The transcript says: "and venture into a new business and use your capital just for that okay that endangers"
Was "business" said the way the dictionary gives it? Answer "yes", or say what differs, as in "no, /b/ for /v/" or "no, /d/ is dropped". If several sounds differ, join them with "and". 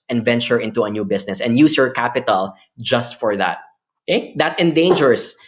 no, /s/ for /z/